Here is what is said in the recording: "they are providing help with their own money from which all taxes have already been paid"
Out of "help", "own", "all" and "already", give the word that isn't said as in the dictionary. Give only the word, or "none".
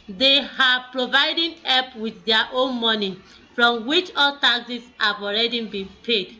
help